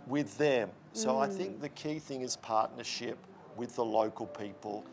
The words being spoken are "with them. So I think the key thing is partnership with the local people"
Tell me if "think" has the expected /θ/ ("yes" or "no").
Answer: yes